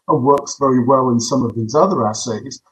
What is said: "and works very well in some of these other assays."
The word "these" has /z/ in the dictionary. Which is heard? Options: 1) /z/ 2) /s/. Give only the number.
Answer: 1